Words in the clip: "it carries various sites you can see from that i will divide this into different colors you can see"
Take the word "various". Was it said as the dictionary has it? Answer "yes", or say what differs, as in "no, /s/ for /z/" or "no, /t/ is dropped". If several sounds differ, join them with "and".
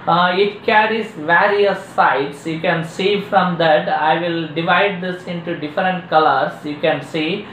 yes